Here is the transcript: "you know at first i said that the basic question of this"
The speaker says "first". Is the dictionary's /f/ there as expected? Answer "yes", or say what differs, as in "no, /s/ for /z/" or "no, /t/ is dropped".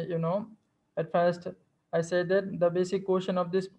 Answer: yes